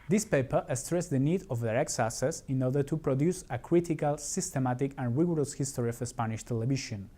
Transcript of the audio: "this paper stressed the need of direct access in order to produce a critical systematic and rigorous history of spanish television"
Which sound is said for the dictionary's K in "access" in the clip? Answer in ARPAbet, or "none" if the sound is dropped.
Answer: none